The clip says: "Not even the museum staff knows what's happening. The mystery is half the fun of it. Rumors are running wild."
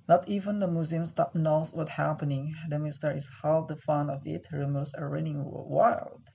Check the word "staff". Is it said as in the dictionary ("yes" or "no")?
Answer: no